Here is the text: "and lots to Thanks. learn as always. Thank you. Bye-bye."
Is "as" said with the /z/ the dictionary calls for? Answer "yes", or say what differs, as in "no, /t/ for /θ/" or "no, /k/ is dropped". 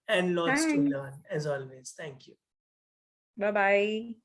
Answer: yes